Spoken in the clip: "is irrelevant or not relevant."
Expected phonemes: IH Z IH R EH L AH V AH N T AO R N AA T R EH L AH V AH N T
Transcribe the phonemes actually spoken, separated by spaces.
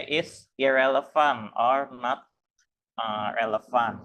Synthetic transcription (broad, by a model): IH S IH R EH L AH F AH N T AO R N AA T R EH L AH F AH N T